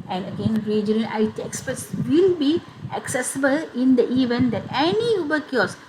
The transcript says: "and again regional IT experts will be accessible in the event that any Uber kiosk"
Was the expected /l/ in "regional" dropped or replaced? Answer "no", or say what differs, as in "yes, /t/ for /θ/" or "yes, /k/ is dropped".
yes, /n/ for /l/